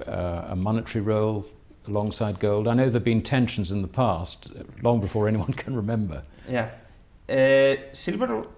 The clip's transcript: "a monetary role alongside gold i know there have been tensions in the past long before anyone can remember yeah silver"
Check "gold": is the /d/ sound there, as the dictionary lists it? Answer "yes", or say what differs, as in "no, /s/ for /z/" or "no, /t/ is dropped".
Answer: yes